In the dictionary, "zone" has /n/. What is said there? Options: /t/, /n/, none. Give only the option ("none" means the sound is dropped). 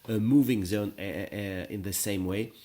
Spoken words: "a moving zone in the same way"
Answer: /n/